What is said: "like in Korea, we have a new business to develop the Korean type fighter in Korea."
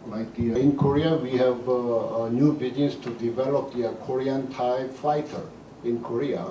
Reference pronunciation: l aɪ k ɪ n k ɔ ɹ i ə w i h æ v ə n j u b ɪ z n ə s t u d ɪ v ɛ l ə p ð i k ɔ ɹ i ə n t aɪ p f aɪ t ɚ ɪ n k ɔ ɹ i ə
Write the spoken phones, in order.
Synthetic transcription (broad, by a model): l aɪ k ɪ n k ɔ ɹ i ə w i h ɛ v n j u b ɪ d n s t u d ɪ v ɛ l ə p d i k ɔ ɹ i ə n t aɪ b f aɪ t ɚ ɪ n k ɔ ɹ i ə